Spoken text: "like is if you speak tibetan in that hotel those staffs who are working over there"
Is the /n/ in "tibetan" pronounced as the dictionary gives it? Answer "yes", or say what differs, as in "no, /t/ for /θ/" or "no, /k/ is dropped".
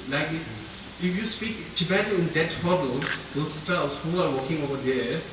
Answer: no, /n/ is dropped